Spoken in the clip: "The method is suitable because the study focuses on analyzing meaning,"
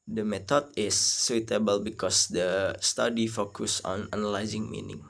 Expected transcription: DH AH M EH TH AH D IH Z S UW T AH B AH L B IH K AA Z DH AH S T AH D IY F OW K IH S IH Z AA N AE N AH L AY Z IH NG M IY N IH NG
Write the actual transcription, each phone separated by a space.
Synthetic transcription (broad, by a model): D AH M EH T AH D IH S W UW T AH B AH L B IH K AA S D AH S T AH D IY F OW K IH S AA N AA N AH L AY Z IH NG M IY N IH NG